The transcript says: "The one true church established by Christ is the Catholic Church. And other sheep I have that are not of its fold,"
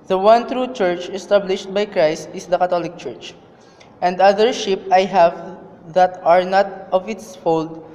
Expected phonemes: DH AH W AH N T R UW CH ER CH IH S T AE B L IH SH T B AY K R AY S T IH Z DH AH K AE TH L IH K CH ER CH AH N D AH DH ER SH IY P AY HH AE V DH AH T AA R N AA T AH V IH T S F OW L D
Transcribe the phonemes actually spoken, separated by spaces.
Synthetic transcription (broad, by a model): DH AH W AH N T R UW CH ER CH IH S T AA B L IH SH T B AY K R AY S T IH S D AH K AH T L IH K CH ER CH AH N D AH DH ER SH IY P AY HH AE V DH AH T AA R N AA T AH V IH T S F OW L D